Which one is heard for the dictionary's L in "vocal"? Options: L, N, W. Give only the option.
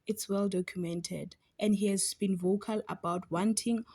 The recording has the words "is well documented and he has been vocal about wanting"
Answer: L